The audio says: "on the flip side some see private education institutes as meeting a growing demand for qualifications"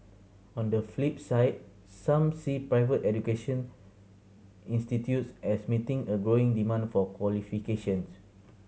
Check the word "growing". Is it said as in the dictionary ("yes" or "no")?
yes